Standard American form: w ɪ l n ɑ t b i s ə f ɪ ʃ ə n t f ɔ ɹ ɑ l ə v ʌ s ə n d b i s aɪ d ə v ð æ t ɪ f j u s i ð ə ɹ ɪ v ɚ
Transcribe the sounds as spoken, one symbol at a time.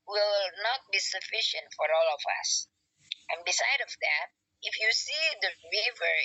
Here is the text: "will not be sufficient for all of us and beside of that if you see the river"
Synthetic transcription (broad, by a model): w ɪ l n ɑ t b i s ə f ɪ ʃ ə n t f ɔ ɹ ɑ l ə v ʌ s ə n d b i s aɪ d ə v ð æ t ɪ f j u s i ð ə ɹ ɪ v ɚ